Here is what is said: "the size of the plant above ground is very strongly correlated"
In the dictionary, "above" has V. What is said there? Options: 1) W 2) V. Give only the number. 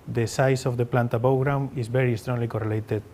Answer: 1